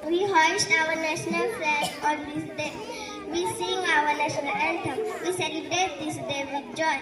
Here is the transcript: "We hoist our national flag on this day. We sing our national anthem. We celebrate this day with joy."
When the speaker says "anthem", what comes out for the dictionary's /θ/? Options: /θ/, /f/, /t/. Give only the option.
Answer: /t/